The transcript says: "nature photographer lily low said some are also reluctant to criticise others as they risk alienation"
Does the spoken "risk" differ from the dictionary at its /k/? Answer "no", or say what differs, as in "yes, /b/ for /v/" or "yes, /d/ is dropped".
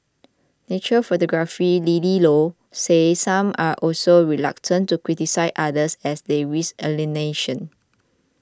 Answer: yes, /k/ is dropped